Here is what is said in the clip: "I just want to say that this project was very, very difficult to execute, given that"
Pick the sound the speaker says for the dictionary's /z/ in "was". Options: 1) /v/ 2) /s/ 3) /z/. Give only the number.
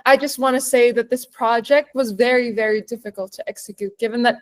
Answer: 3